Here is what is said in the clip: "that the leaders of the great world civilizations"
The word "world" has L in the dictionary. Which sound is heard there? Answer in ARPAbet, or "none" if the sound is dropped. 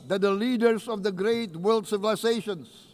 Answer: L